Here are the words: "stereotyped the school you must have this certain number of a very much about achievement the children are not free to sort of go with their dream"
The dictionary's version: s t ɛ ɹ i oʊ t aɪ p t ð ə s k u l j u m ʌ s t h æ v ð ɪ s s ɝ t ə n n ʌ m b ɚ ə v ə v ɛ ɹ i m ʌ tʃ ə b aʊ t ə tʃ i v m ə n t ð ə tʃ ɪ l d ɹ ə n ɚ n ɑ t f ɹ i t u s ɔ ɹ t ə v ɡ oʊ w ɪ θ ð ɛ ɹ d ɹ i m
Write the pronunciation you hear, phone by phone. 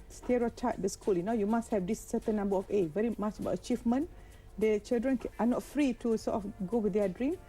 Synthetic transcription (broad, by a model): s t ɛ ɹ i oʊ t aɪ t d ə s k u l j u m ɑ s t h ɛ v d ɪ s s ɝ t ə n n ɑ m b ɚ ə f ə v ɛ ɹ i m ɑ tʃ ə b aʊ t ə tʃ i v m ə n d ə tʃ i l d ɹ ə n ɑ n ɑ t f ɹ i t u s ɔ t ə f ɡ oʊ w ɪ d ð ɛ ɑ d ɹ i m